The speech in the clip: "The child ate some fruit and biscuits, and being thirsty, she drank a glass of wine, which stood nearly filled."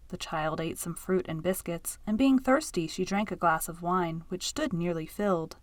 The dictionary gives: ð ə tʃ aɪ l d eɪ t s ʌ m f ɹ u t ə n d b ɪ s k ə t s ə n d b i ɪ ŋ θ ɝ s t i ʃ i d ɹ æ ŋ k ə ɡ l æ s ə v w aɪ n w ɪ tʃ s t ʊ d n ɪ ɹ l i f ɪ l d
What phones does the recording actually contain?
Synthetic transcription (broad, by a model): ð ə tʃ aɪ l d eɪ t s ʌ m f ɹ u t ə n b ɪ s k ə t s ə n b i ɪ ŋ θ ɝ s t i ʃ i d ɹ æ ŋ k ə ɡ l æ s ə v w aɪ n w ɪ tʃ s t ʊ d n ɪ ɹ l i f ɪ l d